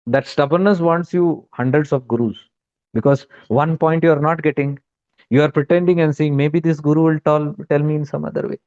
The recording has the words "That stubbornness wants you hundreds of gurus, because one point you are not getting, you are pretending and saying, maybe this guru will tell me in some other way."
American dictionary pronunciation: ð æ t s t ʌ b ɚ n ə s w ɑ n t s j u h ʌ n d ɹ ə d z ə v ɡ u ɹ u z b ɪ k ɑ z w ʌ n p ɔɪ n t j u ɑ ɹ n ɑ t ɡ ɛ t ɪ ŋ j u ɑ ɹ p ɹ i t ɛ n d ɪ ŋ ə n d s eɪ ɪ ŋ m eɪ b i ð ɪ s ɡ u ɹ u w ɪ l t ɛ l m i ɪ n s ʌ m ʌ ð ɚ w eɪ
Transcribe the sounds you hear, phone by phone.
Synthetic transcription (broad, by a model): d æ t s t ʌ b ɚ n ə s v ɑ n t s j u h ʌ n d ɹ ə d s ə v ɡ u ɹ u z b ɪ k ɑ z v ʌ n p ɔɪ n t j u ɑ ɹ n ɑ t ɡ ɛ t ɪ ŋ j u ɑ ɹ p ɹ i t ɛ n d ɪ ŋ ə n d s eɪ ɪ ŋ m eɪ b i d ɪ s ɡ u ɹ u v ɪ l t ɛ l m i ɪ n s ʌ m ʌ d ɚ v eɪ